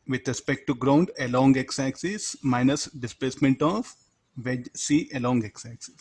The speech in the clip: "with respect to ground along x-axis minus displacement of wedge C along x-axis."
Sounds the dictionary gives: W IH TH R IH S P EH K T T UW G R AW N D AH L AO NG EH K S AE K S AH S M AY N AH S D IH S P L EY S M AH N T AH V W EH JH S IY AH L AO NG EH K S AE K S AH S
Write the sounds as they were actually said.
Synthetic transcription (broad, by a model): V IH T R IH S P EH K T T UW G R AW N D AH L AO NG EH K S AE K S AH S M AY N AH S D IH S P L EY S M AH N T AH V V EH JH S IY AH L AO NG EH K S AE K S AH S